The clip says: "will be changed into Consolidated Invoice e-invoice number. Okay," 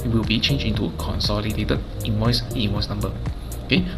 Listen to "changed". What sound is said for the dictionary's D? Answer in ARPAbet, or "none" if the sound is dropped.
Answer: none